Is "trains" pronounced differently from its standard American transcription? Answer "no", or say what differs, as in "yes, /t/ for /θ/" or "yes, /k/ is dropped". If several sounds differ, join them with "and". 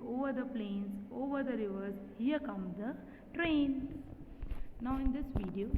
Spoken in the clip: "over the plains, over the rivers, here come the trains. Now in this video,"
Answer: yes, /z/ is dropped